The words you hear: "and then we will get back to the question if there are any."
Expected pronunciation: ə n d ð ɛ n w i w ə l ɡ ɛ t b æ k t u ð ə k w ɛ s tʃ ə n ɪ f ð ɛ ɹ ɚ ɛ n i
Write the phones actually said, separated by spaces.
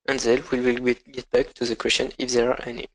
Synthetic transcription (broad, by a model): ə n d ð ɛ l w i w ə l ɡ ɛ t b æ k t u ð ə k w ɛ s tʃ ə n ɪ f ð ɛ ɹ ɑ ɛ n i